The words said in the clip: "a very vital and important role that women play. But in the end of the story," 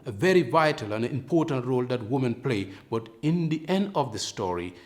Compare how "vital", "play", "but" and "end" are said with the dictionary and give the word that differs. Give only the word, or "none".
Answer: none